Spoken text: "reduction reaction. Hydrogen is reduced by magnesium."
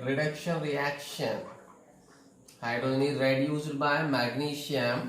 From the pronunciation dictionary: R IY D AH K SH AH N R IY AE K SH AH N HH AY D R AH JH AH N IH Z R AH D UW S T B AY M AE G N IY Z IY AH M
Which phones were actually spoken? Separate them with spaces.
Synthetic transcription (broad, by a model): R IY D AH K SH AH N R IY AE K SH AH N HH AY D AH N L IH R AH D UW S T B AY M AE G N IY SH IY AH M